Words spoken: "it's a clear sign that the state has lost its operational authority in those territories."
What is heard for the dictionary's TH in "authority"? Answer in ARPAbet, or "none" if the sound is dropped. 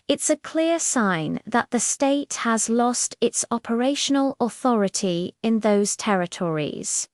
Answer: TH